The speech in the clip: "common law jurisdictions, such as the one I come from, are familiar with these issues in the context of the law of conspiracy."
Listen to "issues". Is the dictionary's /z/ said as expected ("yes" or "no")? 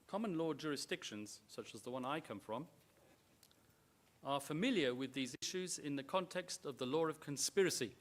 yes